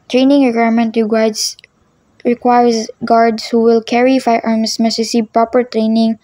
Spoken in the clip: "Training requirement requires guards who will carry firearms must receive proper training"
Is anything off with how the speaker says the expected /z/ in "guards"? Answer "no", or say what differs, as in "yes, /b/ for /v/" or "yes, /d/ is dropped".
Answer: yes, /s/ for /z/